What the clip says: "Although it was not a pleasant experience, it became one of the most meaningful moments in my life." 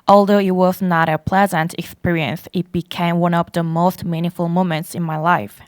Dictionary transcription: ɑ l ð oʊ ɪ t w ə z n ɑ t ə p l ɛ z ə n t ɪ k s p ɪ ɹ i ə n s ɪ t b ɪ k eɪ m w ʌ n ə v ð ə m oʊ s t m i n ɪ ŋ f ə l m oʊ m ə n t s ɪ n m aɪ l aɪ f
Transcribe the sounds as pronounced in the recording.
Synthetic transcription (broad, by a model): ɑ l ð oʊ ɪ t w ə z n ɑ t ə p l ɛ z ə n t ɪ k s p ɪ ɹ i ə n s ɪ t b ɪ k eɪ m w ʌ n ə v ð ə m oʊ s t m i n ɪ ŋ f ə l m oʊ m ə n t s ɪ n m aɪ l aɪ f